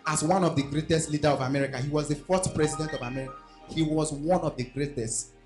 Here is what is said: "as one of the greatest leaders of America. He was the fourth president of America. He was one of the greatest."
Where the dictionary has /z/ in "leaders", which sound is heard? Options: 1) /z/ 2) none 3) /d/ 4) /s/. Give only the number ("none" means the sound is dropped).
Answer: 2